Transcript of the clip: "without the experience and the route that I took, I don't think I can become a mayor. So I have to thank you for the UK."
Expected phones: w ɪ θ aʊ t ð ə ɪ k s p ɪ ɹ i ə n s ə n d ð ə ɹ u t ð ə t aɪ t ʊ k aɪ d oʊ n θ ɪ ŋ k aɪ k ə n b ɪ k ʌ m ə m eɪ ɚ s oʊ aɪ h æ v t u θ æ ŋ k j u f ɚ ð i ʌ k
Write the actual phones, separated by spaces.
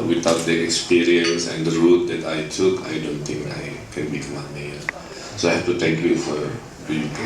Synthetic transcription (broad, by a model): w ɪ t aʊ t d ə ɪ k s p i ɹ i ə n s ə n d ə ɹ u t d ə t aɪ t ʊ k aɪ d oʊ n t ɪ ŋ k aɪ k ə n b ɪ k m ə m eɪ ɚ s oʊ aɪ h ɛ f t u t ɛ ŋ k j u f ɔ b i